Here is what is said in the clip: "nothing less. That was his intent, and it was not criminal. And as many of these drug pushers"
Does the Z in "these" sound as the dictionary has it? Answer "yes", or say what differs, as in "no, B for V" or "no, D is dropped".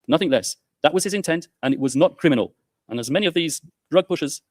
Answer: yes